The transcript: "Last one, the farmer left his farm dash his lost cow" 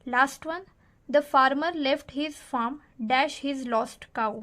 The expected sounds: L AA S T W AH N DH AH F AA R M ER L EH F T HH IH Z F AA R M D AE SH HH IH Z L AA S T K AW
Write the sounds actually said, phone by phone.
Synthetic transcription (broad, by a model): L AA S T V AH N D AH F AA R M ER L EH F T HH IH Z F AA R M D AE SH HH IH Z L AA S T K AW